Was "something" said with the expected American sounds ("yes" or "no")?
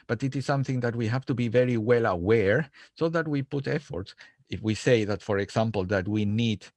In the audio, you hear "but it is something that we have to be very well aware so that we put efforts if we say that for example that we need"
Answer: yes